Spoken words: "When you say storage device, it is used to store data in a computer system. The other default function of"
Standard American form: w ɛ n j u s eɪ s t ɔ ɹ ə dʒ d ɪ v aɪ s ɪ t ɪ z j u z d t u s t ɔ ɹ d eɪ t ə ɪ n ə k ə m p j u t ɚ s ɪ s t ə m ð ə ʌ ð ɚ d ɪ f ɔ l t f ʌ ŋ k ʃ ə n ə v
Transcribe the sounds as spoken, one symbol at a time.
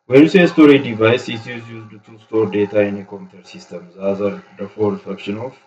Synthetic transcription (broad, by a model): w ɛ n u s eɪ s t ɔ ɹ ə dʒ d ɪ v aɪ s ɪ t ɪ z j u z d t u s t ɔ ɹ d eɪ t ə ɪ n ə k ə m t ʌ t s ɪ s t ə m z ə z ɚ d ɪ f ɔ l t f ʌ k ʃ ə n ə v